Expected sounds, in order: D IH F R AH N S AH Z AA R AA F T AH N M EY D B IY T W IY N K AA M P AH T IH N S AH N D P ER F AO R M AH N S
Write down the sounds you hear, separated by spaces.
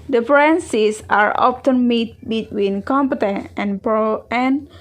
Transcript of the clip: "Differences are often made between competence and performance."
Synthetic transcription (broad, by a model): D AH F R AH N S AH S AA R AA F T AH N M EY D B IY T W IY N K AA M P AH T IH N AH N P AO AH N